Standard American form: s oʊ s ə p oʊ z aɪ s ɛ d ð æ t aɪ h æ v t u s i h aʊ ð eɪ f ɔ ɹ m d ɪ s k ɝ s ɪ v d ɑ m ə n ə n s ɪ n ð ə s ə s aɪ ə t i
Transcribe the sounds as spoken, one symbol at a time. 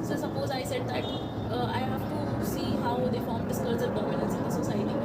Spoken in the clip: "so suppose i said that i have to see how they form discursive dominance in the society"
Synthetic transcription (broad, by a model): s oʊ s ə p oʊ z aɪ s ɛ d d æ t aɪ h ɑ f t u s i h aʊ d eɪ f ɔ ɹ m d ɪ s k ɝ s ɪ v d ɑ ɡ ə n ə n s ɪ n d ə s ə s aɪ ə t i